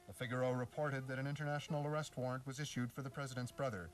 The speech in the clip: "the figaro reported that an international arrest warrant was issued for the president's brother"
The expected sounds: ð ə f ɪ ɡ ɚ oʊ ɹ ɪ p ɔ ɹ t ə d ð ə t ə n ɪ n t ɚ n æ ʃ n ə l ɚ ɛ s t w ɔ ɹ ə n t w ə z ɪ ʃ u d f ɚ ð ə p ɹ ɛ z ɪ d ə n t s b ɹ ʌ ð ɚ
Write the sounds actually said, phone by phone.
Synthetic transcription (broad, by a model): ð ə f ɪ ɡ ɚ oʊ ɹ ɪ p ɔ ɹ t ə d ð ə t ə n ɪ n t ɚ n æ ʃ n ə l ɚ ɛ s t w ɔ ɹ ə n t w ə z ɪ ʃ u d f ɚ ð ə p ɹ ɛ z ɪ d ə n t s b ɹ ʌ ð ɚ